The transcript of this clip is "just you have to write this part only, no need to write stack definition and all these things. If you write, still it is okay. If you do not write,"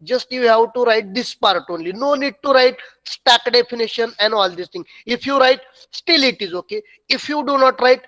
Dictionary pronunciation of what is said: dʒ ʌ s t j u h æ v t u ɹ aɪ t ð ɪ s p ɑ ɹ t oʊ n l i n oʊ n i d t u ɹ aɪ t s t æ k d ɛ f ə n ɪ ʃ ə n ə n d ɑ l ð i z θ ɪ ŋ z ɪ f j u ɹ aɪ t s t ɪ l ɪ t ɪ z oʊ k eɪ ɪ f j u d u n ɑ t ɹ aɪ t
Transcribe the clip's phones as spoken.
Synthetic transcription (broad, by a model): dʒ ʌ s t j u h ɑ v t u ɹ aɪ t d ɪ s p ɑ ɹ t oʊ n l i n oʊ n i d t u ɹ aɪ t s t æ k d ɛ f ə n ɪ ʃ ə n ə n d ɑ l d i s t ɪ ŋ ɪ f j u ɹ aɪ t s t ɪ l ɪ t ɪ z oʊ k eɪ ɪ f j u d u n ɑ t ɹ aɪ t